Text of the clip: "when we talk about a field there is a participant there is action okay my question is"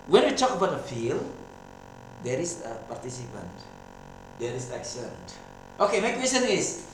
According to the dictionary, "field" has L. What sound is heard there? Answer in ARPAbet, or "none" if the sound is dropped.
L